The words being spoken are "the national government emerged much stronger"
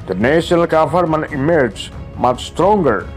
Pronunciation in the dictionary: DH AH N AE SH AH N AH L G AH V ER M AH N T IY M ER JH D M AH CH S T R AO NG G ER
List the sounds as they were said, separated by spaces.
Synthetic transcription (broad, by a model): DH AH N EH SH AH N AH L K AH F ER M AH N IY M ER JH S M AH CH S T R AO NG G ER